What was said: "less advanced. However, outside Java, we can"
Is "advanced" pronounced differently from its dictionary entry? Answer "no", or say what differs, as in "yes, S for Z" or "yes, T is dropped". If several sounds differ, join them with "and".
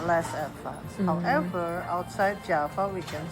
yes, N is dropped